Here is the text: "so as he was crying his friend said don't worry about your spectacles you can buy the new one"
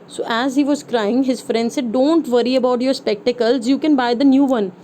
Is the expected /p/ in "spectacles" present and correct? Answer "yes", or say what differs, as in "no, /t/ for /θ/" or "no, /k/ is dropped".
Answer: yes